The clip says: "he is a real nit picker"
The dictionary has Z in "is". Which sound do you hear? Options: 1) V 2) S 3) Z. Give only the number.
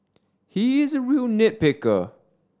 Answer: 3